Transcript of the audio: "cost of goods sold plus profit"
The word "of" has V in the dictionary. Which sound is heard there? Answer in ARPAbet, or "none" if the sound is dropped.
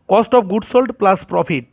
P